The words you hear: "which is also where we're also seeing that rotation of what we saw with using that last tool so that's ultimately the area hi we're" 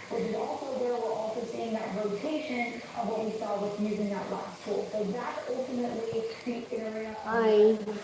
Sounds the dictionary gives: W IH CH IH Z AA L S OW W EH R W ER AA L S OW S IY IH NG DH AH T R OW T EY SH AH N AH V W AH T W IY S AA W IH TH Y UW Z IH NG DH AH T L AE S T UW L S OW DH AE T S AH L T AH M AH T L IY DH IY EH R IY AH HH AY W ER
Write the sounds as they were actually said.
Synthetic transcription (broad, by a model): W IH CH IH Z AA L S OW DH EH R W ER AA L S OW S IY IH NG DH AH T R OW T EY SH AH N AH V W AH T W IY S AA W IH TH Y UW Z IH NG DH AH T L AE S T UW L S OW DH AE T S AH L T AH M AH T L IY DH IY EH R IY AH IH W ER